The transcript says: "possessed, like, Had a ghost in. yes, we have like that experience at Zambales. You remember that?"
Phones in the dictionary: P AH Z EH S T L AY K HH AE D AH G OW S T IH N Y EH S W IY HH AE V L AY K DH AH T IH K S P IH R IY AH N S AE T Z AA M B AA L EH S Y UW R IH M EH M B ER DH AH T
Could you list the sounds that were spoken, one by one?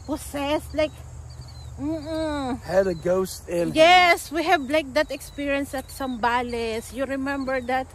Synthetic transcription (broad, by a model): P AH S EH S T L AY K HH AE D AH G OW S T IH N Y EH S W IY HH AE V L AY K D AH T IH K S P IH R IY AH N S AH T S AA M B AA L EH S Y UW R IH M EH M B ER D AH T